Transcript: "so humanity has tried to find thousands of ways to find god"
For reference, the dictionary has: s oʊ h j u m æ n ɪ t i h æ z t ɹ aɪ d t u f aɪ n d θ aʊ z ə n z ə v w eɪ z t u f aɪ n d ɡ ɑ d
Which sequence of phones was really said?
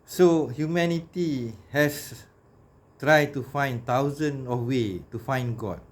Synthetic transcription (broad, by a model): s oʊ h j u m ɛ n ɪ t i h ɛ s t ɹ aɪ d t u f aɪ n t aʊ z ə n ə f w eɪ t u f aɪ n ɡ ɑ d